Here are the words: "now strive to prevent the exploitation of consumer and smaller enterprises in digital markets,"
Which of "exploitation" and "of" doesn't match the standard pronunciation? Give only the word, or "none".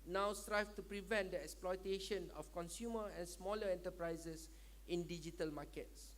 of